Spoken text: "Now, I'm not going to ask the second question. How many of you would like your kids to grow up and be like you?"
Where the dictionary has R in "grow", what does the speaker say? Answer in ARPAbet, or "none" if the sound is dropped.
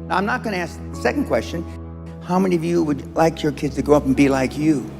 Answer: none